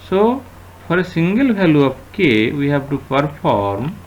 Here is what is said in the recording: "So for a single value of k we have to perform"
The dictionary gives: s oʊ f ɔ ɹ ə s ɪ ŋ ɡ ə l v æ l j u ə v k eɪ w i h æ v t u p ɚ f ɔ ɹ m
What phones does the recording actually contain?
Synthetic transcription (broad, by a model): s oʊ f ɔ ɹ ə s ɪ ŋ ɡ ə l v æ l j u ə p k eɪ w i h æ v t u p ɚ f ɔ ɹ m